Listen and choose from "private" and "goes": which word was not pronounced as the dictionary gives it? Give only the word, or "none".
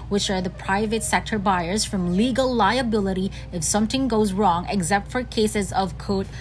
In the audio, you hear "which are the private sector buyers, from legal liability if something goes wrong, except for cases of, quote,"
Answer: none